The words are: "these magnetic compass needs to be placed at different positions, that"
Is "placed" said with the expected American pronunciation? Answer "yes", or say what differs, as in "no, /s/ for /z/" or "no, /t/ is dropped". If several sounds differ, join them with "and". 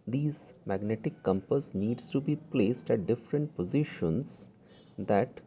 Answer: yes